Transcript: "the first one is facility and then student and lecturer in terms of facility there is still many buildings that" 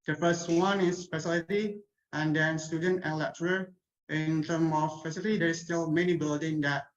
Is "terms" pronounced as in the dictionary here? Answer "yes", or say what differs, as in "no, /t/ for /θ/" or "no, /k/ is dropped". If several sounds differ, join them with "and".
no, /z/ is dropped